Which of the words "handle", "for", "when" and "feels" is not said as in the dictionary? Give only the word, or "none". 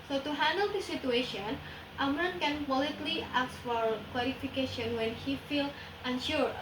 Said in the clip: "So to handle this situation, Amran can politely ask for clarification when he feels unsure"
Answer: feels